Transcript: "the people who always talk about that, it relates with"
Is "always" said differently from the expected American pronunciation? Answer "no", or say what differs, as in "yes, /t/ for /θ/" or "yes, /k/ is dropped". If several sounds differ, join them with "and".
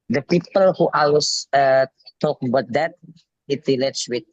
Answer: yes, /s/ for /z/